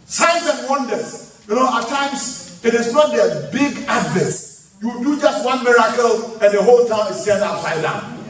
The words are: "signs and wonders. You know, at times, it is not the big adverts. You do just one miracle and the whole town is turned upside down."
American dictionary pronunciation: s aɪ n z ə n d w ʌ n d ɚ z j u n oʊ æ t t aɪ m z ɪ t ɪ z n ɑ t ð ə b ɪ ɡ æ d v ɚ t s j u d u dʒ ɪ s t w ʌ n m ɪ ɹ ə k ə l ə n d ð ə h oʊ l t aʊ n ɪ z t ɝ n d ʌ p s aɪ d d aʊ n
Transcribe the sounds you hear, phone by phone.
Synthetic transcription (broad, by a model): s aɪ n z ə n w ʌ n d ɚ s j u n oʊ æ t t aɪ m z ɪ t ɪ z n ɑ t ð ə b ɪ ɡ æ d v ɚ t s j u d u dʒ ɪ s t w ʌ n m ɪ ɹ ə k ə l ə n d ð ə h oʊ l t aʊ n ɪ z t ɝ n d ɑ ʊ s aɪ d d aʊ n